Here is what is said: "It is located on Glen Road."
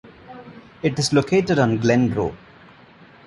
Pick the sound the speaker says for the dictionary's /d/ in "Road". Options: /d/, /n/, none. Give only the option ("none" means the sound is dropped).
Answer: none